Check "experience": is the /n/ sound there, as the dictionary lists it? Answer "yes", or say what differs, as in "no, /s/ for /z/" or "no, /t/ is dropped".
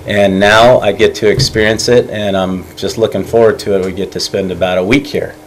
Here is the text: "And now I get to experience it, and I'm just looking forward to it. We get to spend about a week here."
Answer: yes